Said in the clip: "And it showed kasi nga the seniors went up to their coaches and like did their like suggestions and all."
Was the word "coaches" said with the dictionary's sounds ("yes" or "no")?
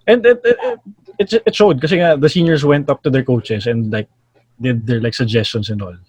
no